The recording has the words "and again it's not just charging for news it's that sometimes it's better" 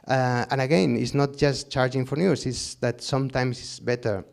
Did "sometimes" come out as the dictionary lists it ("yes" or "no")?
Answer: no